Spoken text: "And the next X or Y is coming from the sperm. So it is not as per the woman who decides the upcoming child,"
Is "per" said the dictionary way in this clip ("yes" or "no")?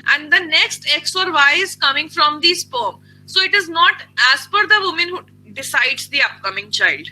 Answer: no